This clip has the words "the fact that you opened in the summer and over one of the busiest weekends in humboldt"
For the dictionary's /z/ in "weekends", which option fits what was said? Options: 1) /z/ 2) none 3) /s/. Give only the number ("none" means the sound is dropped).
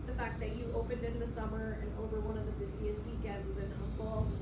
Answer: 1